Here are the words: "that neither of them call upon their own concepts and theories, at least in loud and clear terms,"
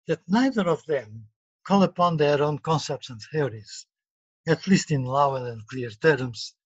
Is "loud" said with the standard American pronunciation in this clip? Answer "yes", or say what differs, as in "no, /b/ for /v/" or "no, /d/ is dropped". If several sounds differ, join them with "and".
no, /d/ is dropped